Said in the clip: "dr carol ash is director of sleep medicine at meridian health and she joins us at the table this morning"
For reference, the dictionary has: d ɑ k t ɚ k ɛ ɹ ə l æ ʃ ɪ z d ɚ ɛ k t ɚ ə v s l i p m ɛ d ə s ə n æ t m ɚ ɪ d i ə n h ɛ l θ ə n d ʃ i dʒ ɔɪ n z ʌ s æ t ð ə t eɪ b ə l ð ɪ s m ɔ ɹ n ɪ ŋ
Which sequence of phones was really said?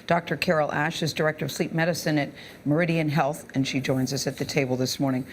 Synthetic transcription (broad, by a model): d ɑ k t ɚ k ɛ ɹ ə l æ ʃ ɪ z d ɚ ɛ k t ɚ ə v s l i p m ɛ d ə s ə n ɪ t m ɚ ɪ d i ə n h ɛ l θ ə n ʃ i dʒ ɔɪ n z ʌ s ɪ t ð ə t eɪ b l ð ɪ s m ɔ ɹ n ɪ ŋ